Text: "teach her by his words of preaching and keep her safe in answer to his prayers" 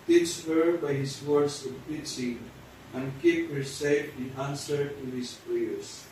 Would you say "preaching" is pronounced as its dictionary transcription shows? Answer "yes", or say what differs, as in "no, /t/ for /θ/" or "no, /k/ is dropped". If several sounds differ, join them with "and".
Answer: no, /ɹ/ is dropped